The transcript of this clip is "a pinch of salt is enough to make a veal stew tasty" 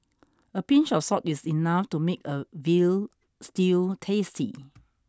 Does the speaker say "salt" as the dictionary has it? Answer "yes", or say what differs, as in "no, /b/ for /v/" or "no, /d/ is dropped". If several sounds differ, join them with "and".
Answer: no, /l/ is dropped